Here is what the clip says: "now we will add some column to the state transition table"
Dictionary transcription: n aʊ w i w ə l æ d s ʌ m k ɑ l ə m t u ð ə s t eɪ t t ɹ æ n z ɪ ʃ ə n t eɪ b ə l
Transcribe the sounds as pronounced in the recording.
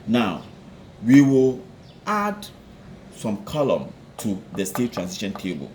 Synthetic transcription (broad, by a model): n aʊ w i w ə l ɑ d s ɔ m k ɑ l ə m t u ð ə s t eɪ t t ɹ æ n s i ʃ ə n t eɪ b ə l